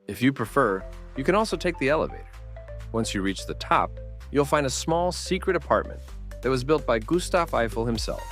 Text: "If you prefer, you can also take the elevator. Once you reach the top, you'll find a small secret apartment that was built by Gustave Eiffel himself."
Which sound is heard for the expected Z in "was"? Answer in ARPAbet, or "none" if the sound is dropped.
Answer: Z